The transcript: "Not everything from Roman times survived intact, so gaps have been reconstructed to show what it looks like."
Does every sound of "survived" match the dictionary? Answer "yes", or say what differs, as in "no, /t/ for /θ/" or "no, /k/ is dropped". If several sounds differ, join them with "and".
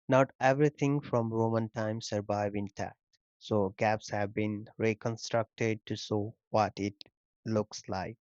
no, /d/ is dropped